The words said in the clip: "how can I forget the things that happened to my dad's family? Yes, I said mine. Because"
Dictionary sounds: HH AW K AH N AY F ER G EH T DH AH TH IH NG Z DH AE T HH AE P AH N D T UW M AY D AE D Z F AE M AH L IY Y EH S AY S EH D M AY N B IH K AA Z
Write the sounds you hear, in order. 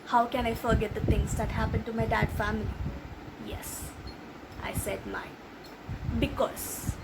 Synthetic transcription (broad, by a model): HH AW K AH N AY F ER G EH T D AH T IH NG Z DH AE T HH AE P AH N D T UW M AY D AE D F AE M AH L IY Y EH S AY S EH D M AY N B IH K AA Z